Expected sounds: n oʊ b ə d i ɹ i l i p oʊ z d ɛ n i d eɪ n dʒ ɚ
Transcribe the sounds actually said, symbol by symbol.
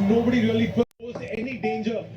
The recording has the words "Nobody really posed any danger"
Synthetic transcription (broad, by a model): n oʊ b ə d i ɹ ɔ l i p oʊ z ɛ n i d eɪ n dʒ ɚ